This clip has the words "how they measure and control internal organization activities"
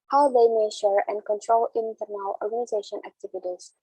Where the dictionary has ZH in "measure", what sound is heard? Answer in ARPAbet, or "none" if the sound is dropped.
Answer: SH